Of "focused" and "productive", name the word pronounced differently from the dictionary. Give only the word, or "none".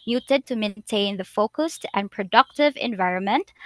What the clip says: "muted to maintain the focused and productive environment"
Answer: none